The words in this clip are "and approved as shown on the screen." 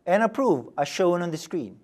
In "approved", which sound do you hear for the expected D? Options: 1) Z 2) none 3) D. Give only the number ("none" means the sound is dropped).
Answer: 2